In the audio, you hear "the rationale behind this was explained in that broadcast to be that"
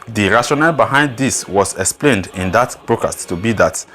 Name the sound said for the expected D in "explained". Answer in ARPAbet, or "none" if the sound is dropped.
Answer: D